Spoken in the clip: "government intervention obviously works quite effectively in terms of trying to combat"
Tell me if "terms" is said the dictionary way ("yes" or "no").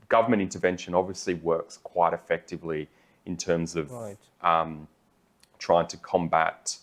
yes